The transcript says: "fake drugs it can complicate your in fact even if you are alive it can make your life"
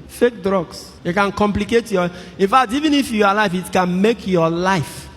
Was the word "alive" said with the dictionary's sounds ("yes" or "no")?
no